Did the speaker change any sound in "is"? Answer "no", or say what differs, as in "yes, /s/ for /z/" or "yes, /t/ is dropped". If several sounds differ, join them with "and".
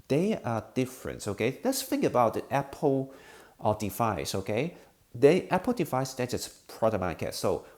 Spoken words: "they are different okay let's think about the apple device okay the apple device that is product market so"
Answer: yes, /s/ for /z/